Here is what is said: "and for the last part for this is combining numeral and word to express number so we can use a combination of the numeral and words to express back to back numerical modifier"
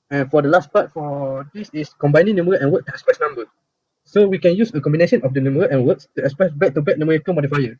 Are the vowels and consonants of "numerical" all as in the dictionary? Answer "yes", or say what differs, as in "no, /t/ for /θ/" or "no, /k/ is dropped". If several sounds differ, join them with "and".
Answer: no, /n/ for /l/